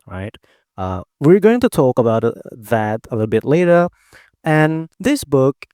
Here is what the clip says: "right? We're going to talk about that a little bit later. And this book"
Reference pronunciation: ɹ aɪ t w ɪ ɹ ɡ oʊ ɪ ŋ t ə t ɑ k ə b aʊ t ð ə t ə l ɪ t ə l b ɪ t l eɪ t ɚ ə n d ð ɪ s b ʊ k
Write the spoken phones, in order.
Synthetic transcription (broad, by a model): ɹ aɪ t w ɪ ɹ ɡ oʊ ɪ ŋ t ə t ɑ k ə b aʊ t ð ə t ə l ɪ t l b ɪ t l eɪ t ɚ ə n ð ɪ s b ʊ k